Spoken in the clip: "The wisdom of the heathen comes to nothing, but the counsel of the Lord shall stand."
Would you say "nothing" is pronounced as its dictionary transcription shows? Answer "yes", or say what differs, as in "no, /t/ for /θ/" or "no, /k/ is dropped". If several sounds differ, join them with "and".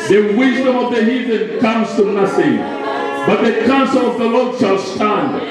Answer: no, /s/ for /θ/